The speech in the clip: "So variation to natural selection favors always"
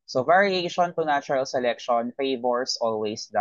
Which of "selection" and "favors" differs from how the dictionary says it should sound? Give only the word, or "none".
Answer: favors